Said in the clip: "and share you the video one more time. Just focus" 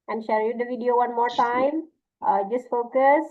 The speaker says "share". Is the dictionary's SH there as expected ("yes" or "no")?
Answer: yes